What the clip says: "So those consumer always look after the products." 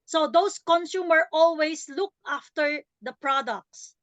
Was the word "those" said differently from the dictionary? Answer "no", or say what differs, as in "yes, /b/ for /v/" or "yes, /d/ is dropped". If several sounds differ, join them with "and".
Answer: yes, /s/ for /z/